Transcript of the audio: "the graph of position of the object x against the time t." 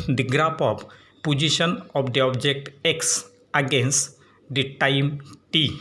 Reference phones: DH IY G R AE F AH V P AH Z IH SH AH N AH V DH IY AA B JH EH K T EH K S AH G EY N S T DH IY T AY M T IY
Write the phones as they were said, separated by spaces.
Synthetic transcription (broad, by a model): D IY G R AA P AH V P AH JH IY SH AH N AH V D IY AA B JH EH K T EH K S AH G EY N S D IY T AY M T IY